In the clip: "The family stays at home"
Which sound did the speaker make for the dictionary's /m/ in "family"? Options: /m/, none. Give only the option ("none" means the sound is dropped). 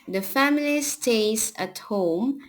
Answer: /m/